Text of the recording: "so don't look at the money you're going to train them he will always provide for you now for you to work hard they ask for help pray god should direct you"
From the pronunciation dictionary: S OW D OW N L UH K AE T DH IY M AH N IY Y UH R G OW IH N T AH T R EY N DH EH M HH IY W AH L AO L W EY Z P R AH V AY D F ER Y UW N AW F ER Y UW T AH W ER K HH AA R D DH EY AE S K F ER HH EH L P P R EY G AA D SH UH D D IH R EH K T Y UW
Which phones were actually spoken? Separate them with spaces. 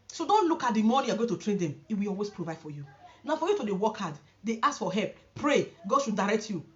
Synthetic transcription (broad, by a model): S OW D OW N L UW K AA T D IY M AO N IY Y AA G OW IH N T AH T R EY N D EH M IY W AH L AO L W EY S P R AH V AY D F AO Y UW N AW F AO Y UW T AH W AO K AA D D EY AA S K F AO HH EH L P P R EY G AA D SH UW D D IH R EH K T Y UW